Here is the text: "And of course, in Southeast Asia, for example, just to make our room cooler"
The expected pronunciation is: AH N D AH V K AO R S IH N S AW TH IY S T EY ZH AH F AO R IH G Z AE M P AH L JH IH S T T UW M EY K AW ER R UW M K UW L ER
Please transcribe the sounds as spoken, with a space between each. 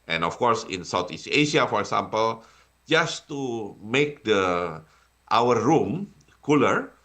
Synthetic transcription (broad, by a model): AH N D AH F K AO R S IH N S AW T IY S EY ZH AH F AO R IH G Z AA M P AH L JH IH S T T UW M EY K AW ER R UW M K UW L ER